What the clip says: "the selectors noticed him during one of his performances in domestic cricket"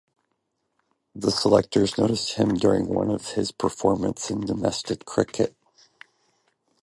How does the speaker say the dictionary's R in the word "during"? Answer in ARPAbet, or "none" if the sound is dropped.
R